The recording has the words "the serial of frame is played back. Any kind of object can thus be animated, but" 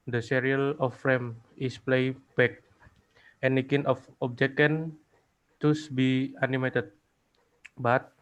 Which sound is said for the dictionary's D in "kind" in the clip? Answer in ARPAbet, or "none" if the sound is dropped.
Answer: none